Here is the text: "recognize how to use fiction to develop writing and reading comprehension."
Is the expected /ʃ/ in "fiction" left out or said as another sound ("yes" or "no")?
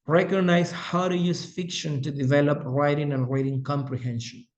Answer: no